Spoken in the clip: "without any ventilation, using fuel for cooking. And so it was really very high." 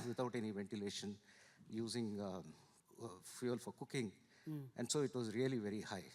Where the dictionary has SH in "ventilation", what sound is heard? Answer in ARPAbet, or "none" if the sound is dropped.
SH